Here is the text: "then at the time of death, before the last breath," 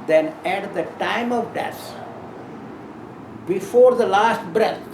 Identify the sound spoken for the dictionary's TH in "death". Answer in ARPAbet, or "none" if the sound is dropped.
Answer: S